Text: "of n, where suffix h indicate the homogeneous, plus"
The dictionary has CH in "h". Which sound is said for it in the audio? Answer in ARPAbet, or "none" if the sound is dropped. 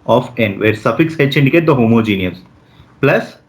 S